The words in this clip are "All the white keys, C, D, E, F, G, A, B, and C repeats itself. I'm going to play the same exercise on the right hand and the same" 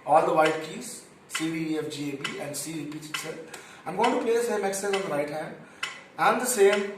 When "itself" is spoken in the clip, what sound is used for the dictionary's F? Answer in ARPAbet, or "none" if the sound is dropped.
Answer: none